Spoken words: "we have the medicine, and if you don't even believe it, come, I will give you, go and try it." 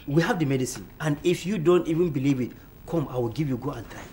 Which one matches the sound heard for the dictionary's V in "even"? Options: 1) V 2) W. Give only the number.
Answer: 1